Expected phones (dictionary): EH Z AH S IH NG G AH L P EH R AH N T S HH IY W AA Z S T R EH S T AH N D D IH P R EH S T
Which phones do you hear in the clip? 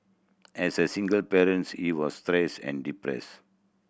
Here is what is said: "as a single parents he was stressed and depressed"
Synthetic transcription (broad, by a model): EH S AH S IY NG G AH L P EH R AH N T S HH IY W AA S T R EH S AH N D D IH P R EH S